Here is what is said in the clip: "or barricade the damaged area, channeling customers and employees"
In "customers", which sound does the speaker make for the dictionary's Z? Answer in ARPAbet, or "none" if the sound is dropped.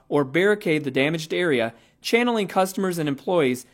Z